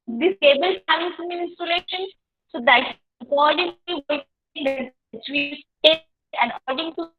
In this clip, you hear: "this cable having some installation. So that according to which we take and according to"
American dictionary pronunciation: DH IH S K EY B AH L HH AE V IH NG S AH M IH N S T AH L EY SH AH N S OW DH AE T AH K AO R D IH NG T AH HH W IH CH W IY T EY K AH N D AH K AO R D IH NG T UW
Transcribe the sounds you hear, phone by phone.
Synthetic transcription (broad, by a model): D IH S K EY B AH L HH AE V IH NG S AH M IH N S T AH L EY SH AH N S OW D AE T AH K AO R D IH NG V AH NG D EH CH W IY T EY AH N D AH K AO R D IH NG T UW